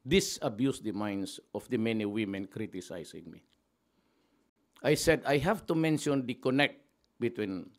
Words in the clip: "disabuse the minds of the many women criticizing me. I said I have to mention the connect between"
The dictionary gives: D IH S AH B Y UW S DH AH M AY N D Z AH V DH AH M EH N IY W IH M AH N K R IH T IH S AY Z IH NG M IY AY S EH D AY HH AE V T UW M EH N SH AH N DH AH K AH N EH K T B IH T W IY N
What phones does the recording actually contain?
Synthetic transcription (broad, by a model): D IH S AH B Y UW S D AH M AY N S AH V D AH M EH N IY W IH M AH N K R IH T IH S AY S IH NG M IY AY S EH D AY HH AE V T UW M EH N SH AH N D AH K AH N EH K T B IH T W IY N